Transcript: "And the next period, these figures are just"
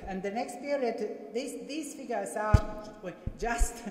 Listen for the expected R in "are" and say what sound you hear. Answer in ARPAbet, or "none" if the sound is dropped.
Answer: W